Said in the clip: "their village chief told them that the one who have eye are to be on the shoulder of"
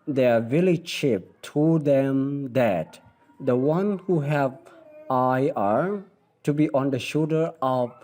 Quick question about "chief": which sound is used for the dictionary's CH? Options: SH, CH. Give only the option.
SH